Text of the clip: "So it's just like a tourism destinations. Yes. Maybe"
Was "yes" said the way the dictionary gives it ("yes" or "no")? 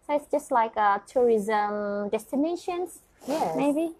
no